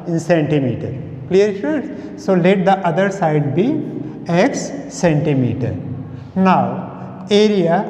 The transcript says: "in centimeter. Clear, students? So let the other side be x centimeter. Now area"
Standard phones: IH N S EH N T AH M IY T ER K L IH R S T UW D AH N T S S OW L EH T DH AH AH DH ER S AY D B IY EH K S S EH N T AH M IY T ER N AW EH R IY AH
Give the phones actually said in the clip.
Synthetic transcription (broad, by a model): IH N S EH N T AH M IY T ER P L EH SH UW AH T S S OW L EH T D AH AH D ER S AY D B IY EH K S S EH N T AH M IY T ER N AW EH R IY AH